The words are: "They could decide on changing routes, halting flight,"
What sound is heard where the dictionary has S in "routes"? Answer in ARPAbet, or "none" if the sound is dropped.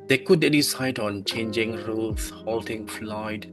none